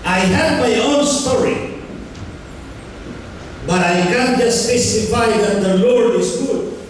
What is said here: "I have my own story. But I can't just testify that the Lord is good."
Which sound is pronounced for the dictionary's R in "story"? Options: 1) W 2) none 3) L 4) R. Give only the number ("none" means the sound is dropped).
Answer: 4